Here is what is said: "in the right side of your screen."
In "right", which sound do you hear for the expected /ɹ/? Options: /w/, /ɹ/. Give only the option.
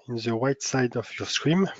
/w/